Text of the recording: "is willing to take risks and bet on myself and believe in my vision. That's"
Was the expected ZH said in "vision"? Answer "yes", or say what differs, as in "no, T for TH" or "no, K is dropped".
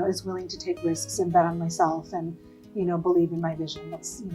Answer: yes